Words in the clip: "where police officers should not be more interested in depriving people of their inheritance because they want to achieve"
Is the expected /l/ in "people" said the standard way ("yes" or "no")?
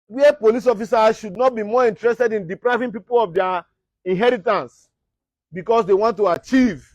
yes